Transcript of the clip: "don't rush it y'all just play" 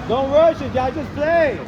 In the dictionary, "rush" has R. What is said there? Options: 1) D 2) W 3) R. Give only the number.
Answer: 2